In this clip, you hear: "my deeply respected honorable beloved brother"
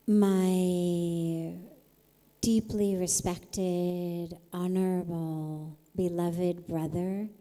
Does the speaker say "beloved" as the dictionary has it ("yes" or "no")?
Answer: yes